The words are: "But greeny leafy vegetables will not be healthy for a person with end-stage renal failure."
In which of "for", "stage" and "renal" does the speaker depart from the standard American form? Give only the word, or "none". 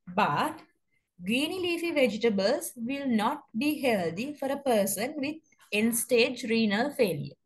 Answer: none